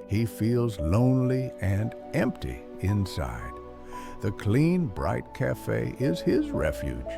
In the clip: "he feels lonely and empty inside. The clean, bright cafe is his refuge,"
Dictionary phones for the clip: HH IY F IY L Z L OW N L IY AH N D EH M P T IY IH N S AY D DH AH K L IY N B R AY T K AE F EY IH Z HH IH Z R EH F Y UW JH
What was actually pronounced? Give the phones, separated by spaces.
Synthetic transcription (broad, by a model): HH IY F IY L Z L OW N L IY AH N EH M P T IY IH N S AY D DH AH K L IY N B R AY T K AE F EY IH Z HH IH Z R EH F Y UW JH